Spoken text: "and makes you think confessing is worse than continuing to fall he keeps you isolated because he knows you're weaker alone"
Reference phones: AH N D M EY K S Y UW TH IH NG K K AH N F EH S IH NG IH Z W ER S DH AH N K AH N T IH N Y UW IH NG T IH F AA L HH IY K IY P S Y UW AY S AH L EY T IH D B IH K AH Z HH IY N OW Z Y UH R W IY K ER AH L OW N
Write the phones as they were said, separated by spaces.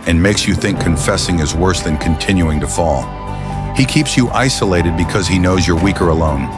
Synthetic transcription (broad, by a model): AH N M EY K S Y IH TH IH NG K K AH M F EH S IH NG IH Z W ER S DH AH N K AH N T IH N Y UW IH NG T IH F AA L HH IY K IY P S Y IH AY S AH L EY T IH D B IH K AH Z IY N OW Z Y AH R W IY K ER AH L OW N